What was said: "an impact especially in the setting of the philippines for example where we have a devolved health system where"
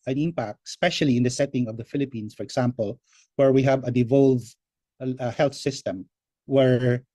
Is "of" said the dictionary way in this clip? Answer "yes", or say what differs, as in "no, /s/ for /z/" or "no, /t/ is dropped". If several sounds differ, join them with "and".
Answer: yes